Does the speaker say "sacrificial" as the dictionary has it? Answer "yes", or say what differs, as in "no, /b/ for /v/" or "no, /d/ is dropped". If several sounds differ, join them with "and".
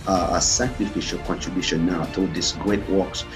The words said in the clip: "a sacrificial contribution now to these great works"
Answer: yes